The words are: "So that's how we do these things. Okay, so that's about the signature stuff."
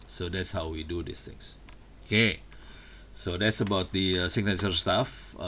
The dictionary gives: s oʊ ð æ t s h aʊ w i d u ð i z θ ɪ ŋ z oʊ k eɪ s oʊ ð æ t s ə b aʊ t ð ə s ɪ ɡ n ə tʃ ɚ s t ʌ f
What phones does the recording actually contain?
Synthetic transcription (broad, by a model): s oʊ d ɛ t s h aʊ w i d u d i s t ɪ ŋ s oʊ k eɪ s oʊ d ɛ t s ə b aʊ t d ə s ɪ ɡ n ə s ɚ s t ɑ f